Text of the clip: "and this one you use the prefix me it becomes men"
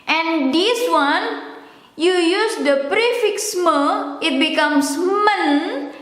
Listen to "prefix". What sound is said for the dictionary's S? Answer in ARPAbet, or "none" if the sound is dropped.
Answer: S